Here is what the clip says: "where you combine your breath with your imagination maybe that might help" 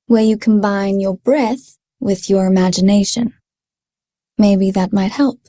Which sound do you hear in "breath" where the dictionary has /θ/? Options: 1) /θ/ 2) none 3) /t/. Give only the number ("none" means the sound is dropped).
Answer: 1